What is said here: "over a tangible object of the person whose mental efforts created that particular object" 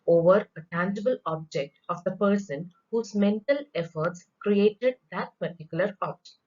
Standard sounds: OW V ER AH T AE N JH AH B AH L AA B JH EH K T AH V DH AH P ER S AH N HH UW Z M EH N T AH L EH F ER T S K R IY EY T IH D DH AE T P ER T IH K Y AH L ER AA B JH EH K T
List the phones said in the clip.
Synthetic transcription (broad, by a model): OW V ER AH T AE N JH AH B AH L AA B JH EH K T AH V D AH P ER S AH N HH UW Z M EH N T AH L EH F ER T S K R IY EY T IH D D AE T P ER T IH K Y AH L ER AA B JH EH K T